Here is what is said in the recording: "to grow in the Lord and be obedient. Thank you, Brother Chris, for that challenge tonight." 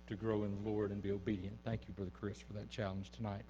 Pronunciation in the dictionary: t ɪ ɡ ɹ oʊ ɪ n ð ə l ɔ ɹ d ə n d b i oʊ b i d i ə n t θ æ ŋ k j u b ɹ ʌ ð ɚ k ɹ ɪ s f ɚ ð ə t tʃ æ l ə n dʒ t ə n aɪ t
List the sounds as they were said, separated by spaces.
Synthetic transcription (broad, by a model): t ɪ ɡ ɹ oʊ ɪ n ð ə l ɔ ɹ d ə n b i oʊ b i d i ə n θ æ ŋ k j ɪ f ɹ ð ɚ k ɹ ɪ s f ɚ ð ə t tʃ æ l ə n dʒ t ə n aɪ t